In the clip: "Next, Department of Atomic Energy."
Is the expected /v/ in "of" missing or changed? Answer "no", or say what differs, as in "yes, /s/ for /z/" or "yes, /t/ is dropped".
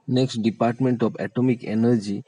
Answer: yes, /p/ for /v/